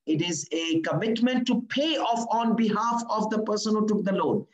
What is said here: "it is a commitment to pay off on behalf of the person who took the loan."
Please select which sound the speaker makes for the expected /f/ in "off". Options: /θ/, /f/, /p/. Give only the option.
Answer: /f/